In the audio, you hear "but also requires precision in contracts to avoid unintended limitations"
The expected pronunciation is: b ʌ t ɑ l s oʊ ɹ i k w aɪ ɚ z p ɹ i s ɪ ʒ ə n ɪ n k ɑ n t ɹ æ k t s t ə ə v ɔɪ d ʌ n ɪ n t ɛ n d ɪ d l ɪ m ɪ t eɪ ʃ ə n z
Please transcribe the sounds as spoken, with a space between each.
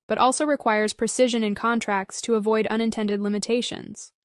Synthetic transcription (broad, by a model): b ʌ t ɑ l s oʊ ɹ i k w aɪ ɚ z p ɹ i s ɪ ʒ ə n ɪ n k ɑ n t ɹ æ k t s t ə ə v ɔɪ d ʌ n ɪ n t ɛ n d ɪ d l ɪ m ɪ t eɪ ʃ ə n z